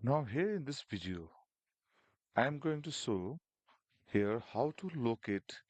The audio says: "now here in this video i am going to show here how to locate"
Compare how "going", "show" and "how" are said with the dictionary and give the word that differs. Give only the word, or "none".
show